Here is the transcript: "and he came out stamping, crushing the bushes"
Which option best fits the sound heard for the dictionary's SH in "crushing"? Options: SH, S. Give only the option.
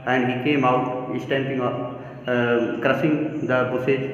S